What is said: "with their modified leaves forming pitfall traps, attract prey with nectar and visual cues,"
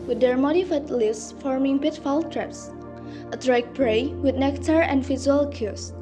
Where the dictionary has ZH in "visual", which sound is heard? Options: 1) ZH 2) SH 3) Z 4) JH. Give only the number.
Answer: 3